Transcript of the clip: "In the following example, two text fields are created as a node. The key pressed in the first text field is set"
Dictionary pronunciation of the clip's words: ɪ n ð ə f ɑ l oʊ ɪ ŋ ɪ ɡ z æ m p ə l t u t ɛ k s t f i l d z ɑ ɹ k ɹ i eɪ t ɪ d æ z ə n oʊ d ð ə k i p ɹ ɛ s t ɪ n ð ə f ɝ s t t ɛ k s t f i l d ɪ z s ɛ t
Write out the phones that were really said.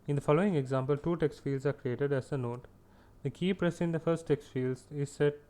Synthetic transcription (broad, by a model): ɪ n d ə f ɑ l oʊ ɪ ŋ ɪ ɡ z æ m p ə l t u t ɛ k s t f i l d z ɑ ɹ k ɹ i eɪ t ɪ d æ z ə n oʊ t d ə k i p ɹ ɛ s ɪ n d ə f ɝ s t t ɛ k s t f i l d ɪ z s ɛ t